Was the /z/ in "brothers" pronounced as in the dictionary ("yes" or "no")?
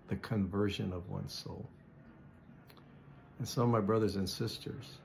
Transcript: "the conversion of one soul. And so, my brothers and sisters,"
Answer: yes